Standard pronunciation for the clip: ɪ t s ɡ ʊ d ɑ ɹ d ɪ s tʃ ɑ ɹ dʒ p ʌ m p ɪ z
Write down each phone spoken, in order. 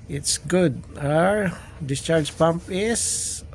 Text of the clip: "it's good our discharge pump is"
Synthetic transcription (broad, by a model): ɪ t s ɡ ʊ d ɑ ɹ d ɪ s tʃ ɑ ɹ dʒ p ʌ m p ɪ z